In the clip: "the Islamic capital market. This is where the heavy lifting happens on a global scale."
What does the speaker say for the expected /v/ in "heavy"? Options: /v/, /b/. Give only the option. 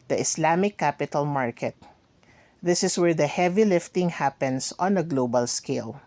/v/